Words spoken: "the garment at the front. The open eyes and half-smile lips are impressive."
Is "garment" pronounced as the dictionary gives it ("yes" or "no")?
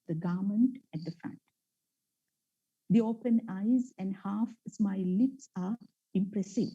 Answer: yes